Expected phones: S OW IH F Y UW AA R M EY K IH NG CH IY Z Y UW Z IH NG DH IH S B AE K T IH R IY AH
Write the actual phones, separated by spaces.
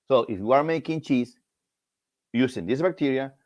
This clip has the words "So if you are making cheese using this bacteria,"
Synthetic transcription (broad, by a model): S OW IH F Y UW AA R M EY K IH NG CH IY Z Y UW S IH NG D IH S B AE K T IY R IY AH